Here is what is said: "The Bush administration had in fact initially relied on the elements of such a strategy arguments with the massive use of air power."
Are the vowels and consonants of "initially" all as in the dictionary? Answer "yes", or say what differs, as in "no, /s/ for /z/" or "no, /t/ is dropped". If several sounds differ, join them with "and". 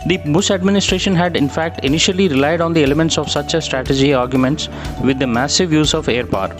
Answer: yes